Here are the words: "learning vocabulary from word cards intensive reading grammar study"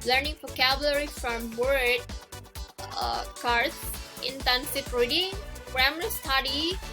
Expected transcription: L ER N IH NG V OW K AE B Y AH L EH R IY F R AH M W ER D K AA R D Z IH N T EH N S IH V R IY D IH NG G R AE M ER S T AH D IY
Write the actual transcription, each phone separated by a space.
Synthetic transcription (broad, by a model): L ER N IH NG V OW K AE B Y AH L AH R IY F R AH M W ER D K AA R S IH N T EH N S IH F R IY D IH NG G R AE M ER S T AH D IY